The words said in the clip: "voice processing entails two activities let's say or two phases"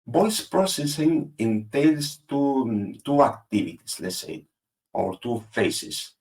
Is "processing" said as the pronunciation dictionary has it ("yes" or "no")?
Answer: yes